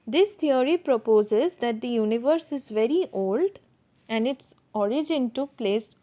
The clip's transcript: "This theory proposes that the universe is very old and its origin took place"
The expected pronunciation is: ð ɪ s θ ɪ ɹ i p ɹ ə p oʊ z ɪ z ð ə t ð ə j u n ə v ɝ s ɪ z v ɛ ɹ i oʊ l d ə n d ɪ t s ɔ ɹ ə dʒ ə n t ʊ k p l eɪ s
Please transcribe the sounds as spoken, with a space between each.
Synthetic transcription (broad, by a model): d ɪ s t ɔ ɹ i p ɹ ə p oʊ z ɪ z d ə t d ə j u n ə v ɝ s ɪ z v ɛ ɹ i oʊ l d ə n d ɪ t s ɔ ɹ ə dʒ ə n t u p l eɪ s